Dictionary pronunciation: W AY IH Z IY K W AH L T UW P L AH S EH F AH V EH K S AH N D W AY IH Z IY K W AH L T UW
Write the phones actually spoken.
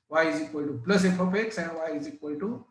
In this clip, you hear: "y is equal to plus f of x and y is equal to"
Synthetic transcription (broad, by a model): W AY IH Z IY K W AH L T UW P L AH S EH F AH P EH K S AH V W AY IH Z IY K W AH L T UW